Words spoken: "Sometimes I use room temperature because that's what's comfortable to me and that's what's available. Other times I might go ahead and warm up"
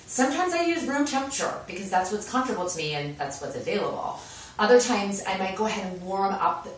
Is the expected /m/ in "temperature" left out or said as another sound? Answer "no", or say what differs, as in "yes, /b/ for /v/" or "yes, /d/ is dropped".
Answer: yes, /m/ is dropped